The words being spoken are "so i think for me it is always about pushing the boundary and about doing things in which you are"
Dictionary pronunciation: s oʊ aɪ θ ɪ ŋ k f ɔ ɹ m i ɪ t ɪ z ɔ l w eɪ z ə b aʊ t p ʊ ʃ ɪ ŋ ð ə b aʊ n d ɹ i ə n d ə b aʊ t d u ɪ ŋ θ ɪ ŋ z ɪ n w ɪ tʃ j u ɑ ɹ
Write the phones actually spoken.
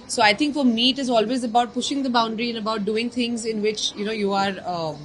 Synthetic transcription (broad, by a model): s oʊ aɪ t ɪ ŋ k f ɔ ɹ m i ɪ t ɪ z ɔ l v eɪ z ə b aʊ t p ʊ ʃ ɪ ŋ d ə b aʊ n d ɹ i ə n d ə b aʊ t d u ɪ ŋ t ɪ ŋ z ɪ n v ɪ tʃ j u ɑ ɹ